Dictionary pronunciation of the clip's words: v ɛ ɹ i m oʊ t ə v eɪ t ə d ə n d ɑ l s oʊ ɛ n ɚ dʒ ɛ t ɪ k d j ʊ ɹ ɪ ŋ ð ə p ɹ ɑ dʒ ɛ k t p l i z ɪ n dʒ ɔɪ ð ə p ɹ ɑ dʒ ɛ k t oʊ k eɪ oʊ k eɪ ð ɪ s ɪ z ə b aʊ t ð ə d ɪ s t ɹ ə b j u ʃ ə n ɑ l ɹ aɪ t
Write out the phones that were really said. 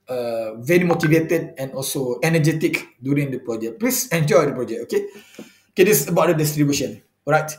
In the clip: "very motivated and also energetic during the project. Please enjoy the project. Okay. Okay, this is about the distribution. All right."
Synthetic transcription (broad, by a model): v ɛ ɹ i m oʊ t ə v eɪ t ə d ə n ɑ l s oʊ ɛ n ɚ dʒ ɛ t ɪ k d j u ɹ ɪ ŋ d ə p ɹ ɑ dʒ ɛ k p l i s ɪ n dʒ ɔɪ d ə p ɹ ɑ dʒ ɛ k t oʊ k eɪ oʊ k eɪ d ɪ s ə b aʊ t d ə d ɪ s t ɹ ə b j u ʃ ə n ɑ ɹ aɪ t